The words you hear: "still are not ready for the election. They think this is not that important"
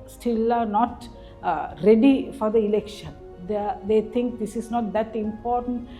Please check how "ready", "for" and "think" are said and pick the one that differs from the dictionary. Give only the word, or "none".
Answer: think